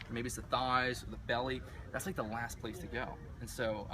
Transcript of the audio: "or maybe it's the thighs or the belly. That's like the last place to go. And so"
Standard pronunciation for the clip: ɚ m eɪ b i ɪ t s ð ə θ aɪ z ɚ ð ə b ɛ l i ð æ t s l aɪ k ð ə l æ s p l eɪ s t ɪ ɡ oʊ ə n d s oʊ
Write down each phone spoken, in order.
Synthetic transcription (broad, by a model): m eɪ b i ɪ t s ð ə θ aɪ z ɚ ð ə b ɛ l i ð æ t s l aɪ k ð ə l æ s p l eɪ s t ɪ ɡ oʊ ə n s oʊ